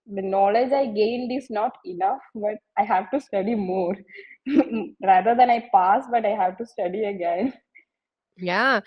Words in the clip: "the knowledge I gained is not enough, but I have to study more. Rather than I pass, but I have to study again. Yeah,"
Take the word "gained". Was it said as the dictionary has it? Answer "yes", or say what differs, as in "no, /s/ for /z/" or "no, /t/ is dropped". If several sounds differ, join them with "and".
yes